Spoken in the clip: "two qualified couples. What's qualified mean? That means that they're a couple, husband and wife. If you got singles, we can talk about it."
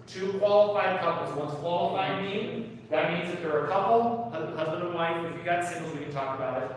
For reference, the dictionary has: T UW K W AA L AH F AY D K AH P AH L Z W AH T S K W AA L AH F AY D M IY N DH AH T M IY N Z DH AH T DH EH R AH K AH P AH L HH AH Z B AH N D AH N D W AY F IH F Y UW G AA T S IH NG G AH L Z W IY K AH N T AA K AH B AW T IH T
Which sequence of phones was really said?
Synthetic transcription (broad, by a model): T UW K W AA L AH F AY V K AH P L Z W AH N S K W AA L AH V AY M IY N DH AH T M IY N Z DH AH T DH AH R AH K AH P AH HH AH Z B AH N D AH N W AY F IH F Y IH G AA T S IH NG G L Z W IY K AH N T AA K AH B AW T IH T